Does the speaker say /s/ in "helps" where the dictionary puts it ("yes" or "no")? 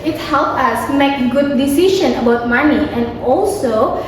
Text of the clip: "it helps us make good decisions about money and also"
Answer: no